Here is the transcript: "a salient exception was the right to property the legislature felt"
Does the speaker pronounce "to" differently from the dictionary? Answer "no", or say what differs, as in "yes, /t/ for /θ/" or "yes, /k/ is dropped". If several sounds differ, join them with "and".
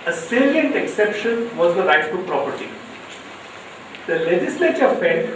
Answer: yes, /s/ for /t/